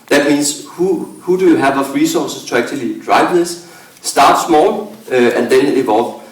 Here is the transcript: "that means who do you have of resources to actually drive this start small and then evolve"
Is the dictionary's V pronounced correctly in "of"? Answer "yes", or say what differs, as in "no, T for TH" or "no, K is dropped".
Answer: no, F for V